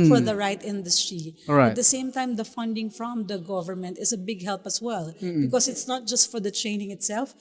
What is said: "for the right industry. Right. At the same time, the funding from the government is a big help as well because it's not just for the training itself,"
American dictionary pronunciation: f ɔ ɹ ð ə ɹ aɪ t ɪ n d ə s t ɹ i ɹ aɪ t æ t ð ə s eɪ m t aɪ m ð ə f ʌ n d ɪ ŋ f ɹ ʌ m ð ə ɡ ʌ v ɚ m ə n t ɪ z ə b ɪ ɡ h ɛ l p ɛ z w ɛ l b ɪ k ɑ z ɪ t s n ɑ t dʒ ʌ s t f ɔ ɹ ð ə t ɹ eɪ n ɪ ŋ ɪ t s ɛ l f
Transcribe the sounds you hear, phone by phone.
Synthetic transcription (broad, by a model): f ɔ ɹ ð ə ɹ aɪ t ɪ n d ə s t ɹ i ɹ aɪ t t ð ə s eɪ m t aɪ m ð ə f ʌ n d ɪ ŋ f ɹ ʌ m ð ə ɡ ʌ v ɚ m ə n t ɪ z ə b ɪ ɡ h ɛ l p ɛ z w ɛ l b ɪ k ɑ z ɪ t s n ɑ t dʒ ʌ s t f ɔ ɹ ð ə t ɹ eɪ n ɪ ŋ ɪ t s ɛ l f